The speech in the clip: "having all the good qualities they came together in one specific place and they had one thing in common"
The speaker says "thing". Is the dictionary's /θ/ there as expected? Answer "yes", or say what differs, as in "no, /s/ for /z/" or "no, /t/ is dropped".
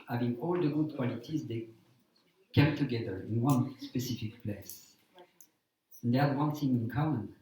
no, /s/ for /θ/